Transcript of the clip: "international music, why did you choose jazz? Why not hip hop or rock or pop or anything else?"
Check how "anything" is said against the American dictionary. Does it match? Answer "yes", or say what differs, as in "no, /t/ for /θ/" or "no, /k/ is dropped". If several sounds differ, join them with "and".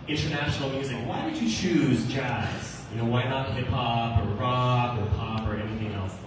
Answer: yes